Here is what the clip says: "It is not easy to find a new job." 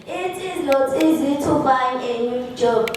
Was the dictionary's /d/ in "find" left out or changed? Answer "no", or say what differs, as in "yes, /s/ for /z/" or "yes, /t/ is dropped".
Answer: yes, /d/ is dropped